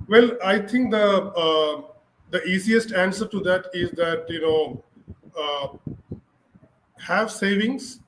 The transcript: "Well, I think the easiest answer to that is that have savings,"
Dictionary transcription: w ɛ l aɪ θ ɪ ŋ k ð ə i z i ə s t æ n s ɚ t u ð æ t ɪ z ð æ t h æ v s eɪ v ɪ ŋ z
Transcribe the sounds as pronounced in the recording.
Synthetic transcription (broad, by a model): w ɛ l aɪ t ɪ ŋ k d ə i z i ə s t æ n s ɚ t u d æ t ɪ z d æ t h æ v s eɪ v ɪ ŋ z